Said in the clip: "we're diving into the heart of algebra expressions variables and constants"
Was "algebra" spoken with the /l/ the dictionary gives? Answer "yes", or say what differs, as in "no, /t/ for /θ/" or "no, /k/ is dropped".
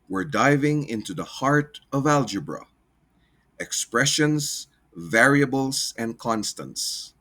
yes